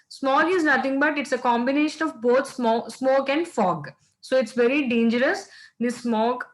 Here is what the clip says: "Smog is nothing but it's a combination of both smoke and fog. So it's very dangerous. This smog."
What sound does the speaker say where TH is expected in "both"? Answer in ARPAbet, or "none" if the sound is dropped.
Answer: S